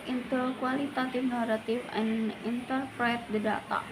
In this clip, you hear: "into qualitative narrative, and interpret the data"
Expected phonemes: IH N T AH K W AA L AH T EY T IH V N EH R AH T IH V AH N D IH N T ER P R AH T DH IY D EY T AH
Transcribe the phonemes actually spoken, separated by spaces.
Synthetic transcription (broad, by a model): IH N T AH K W AA L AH T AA T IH F N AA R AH T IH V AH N IH N T ER P R AH T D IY D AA T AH